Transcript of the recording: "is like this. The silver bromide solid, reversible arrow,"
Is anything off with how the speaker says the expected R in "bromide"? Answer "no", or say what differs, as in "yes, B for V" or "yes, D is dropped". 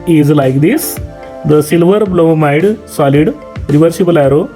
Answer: yes, L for R